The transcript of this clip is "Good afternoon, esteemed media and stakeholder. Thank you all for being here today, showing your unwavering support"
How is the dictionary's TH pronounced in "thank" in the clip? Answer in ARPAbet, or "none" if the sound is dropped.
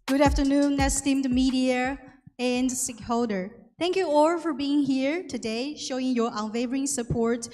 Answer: T